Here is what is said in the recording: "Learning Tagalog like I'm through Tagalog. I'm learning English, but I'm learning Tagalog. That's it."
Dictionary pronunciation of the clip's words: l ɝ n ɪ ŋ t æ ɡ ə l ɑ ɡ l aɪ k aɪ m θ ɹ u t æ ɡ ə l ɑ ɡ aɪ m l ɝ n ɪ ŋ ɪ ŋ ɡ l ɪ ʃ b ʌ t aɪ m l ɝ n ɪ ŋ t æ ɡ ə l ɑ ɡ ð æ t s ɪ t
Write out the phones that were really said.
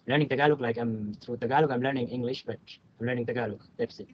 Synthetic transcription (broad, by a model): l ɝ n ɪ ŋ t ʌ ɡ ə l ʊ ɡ l aɪ k aɪ m t ɹ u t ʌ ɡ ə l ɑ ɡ aɪ m l ɝ n ɪ ŋ ɪ ŋ ɡ l ɪ ʃ b ʌ t aɪ m l ɝ n ɪ ŋ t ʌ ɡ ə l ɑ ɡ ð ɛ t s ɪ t